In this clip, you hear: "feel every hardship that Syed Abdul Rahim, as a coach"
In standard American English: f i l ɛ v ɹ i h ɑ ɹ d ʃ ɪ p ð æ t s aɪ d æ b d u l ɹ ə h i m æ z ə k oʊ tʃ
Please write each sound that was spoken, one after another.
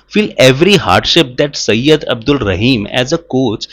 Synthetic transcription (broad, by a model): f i l ɛ v ɹ i h ɑ ɹ d ʃ ɪ p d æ t s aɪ d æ b d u l ɹ ə h i m æ z ə k oʊ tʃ